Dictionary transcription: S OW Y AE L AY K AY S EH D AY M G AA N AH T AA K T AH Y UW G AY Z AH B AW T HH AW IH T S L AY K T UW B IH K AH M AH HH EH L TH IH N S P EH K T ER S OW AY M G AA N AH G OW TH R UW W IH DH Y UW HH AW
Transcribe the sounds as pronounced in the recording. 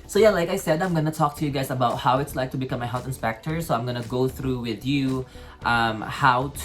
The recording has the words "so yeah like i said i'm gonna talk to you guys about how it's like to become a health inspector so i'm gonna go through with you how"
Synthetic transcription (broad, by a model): S OW Y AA L AY K AY S EH D AY M G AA N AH T AA K T AH Y UW G AY S AH B AW T HH AW IH T S L AY K T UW B IH K AH M AH HH EH L TH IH N S P EH K T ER S OW AY M G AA N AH G OW TH R UW W IH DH Y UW HH AW